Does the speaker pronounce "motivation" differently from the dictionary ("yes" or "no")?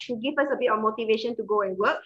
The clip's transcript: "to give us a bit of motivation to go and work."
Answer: no